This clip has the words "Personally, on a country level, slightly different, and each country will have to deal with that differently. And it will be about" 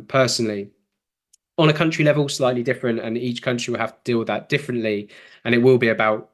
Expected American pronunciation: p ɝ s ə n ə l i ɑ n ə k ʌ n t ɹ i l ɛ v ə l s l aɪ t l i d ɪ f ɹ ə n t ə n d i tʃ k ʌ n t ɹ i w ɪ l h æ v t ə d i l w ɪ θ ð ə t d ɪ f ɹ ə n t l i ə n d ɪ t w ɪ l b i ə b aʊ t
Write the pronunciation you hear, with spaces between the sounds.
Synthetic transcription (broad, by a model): p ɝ s ə n ə l i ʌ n ə k ʌ n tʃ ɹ i l ɛ v ə l s l aɪ t l i d ɪ f ɹ ə n t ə n i tʃ k ʌ n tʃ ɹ i w ɪ l h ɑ f t ə d i l ð ə t d ɪ f ɹ ə n t l i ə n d ɪ t w ɪ l b i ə b aʊ t